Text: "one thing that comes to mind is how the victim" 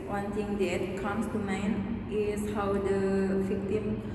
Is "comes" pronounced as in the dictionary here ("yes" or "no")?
no